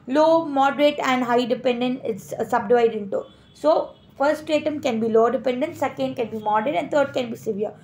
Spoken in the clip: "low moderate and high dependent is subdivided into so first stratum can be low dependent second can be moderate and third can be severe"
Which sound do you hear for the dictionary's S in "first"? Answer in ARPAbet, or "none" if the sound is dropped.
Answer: none